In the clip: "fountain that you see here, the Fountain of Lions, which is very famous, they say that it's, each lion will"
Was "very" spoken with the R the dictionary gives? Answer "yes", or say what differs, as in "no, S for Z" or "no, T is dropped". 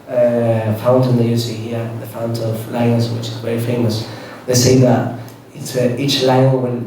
no, R is dropped